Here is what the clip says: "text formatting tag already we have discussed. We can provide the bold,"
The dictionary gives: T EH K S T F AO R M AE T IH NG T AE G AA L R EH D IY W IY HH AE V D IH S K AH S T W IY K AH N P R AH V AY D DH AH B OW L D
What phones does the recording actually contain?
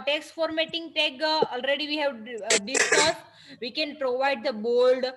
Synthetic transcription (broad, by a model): T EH K S T F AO R M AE T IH NG T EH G AA L R EH D IY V IY HH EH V D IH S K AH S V IY K AH N P R AH V AY D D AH B OW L D